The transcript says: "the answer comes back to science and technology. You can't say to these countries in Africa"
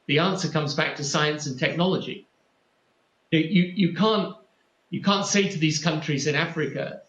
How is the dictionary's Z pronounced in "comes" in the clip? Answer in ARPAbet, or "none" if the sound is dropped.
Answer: Z